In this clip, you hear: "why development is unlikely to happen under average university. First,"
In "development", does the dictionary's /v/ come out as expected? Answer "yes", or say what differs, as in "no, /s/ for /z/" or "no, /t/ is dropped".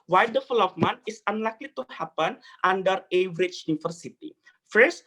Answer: no, /f/ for /v/